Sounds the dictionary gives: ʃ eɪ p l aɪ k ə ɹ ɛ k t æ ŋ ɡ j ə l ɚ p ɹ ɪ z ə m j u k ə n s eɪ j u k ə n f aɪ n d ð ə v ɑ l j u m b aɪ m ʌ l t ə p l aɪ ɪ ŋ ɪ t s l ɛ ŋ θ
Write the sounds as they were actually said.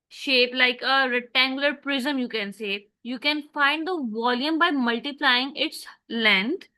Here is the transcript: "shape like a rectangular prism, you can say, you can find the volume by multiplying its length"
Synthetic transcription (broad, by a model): ʃ eɪ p l aɪ k ə ɹ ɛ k t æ ŋ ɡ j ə l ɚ p ɹ ɪ z ə m j u k ə n s eɪ j u k ə n f aɪ n d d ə v ɑ l j u m b aɪ m ʌ l t ə p l aɪ ɪ ŋ ɪ t s l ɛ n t